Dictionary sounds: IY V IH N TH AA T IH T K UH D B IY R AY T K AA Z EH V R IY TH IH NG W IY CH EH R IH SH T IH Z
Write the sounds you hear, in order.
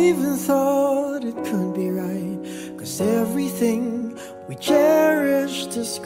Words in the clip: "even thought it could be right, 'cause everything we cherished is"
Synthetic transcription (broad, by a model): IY V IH N TH AA T IH T K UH D B IY R AY T K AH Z EH V R IY TH IH NG W IY CH EH R IH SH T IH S